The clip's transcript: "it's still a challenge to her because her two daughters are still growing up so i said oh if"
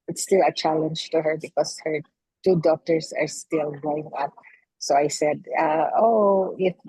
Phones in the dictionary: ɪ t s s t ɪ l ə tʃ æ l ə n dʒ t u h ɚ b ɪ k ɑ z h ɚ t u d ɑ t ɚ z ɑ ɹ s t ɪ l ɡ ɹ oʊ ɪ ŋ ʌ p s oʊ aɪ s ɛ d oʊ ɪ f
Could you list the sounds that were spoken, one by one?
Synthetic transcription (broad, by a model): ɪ t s s t ɪ l ə tʃ æ l ə n dʒ t u h ɚ b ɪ k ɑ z h ɚ t u d ɑ t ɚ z ɑ ɹ s t ɪ l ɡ oʊ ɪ ŋ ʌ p s oʊ aɪ s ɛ d oʊ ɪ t